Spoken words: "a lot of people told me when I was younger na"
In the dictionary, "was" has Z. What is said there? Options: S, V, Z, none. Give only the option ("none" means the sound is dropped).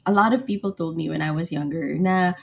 Z